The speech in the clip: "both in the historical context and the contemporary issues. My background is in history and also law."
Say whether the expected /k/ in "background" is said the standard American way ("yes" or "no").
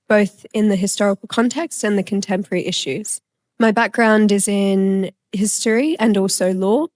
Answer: yes